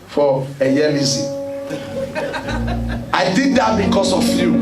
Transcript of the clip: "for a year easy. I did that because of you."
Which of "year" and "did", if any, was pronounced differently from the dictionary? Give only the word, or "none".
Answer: year